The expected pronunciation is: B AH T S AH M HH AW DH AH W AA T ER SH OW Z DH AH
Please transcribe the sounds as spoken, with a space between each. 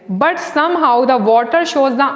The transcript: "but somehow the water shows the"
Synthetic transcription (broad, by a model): B AH T S AH M HH AW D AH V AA T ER SH OW Z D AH